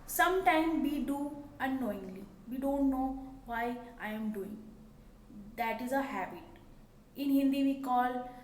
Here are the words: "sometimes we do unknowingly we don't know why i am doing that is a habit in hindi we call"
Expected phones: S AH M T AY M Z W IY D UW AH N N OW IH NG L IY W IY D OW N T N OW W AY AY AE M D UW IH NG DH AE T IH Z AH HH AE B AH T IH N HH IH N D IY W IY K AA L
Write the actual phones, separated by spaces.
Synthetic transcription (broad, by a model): S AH M T AY M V IY D UW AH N N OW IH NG L IY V IY D OW N T N OW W AY AY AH M D UW IH NG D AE T IH Z AH HH AE B AH T IH N HH IH N D IY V IY K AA L